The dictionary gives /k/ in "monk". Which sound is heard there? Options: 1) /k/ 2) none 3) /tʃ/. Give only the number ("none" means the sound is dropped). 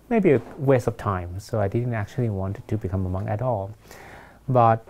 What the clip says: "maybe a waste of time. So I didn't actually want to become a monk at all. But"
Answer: 2